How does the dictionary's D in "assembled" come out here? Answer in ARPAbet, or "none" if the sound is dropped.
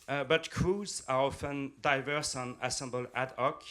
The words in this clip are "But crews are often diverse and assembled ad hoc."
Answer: none